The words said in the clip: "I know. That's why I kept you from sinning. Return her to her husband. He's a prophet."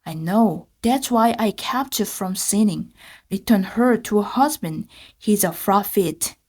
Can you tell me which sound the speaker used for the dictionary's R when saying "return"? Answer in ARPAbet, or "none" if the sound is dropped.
R